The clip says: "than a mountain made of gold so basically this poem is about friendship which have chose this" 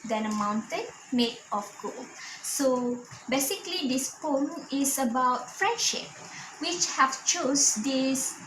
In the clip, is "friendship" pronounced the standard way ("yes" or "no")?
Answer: yes